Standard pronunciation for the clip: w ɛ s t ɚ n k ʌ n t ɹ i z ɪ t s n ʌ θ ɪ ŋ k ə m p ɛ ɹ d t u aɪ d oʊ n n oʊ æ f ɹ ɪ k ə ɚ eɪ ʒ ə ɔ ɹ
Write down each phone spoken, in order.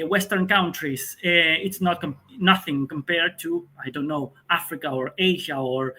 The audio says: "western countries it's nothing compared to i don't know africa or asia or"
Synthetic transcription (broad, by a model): w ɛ s t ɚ n k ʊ n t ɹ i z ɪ t s n ʌ θ ɪ ŋ k ə m p ɛ ɹ d t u aɪ d oʊ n n oʊ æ f ɹ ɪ k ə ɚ eɪ ʒ ə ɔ ɹ